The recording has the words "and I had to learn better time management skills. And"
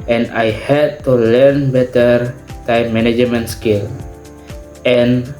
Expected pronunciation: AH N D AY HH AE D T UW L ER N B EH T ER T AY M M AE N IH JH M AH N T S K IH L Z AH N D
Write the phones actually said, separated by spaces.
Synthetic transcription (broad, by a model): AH N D AY HH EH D T UW L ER N B EH T ER T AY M M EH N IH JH M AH N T S K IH L AH N